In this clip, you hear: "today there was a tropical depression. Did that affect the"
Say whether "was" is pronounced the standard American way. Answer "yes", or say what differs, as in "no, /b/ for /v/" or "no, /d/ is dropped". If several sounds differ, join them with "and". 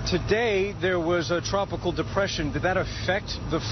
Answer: yes